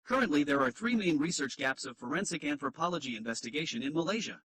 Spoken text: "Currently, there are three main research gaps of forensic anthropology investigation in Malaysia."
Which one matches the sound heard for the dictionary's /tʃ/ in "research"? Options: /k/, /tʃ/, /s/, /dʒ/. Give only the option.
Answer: /tʃ/